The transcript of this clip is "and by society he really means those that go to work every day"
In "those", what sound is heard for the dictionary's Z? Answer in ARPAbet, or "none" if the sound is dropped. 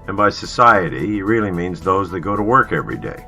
Z